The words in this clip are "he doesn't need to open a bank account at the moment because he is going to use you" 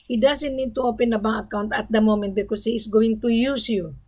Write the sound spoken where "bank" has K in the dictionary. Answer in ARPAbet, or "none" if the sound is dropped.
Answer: none